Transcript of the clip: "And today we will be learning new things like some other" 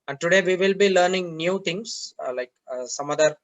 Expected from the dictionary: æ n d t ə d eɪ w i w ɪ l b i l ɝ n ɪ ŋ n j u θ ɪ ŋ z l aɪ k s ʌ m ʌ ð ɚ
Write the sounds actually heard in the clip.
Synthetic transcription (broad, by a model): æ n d t ə d eɪ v i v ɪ l b i l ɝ n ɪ ŋ n j u t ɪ ŋ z l aɪ k s ʌ m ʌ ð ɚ